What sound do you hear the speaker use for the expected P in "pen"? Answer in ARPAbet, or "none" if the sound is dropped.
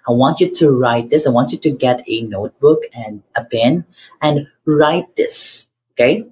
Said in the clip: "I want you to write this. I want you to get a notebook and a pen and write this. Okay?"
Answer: B